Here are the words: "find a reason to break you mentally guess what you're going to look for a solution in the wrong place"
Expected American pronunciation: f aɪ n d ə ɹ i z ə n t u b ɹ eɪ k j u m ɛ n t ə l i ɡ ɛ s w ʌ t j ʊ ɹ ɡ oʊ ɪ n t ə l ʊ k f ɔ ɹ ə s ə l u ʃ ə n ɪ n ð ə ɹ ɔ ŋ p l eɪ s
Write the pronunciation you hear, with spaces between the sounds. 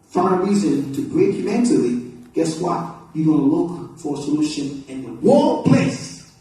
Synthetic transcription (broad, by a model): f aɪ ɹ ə ɹ i z ə n t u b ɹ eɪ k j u m ɛ n t ə l i ɡ ɛ s w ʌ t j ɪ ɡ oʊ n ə l ʊ k f ɔ ɹ ə s ə l u ʃ ə n ɪ n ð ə w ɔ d p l eɪ s